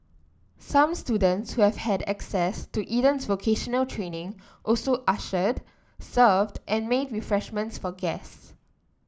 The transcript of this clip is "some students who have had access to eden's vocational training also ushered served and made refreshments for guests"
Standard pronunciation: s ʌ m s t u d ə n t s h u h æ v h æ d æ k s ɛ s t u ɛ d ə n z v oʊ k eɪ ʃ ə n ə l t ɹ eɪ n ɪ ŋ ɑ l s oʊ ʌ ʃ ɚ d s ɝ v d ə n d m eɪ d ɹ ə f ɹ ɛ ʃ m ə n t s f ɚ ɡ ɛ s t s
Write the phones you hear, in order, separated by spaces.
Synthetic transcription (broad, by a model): s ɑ m s t u d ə n t s h u h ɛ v h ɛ d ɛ k s ɛ s t u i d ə n s v oʊ k eɪ ʃ ə n ə l t ɹ eɪ n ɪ ŋ ɑ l s oʊ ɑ ʃ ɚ d s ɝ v d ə n m eɪ d ɹ ə f ɹ ɛ ʃ m ə n t s f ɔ ɡ ɛ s s